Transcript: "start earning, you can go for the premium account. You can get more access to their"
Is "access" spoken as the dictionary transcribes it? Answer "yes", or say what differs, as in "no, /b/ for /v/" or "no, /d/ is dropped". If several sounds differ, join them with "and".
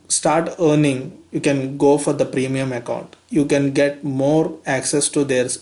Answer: yes